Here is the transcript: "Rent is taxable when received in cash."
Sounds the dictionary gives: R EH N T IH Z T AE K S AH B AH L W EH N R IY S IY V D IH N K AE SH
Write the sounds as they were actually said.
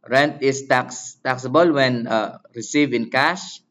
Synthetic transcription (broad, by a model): R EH N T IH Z T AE K S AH B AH L W EH N R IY S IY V IH N K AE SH